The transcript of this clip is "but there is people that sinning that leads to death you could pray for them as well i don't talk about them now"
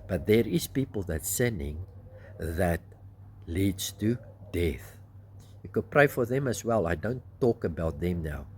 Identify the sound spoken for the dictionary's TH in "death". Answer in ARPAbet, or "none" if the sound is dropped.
TH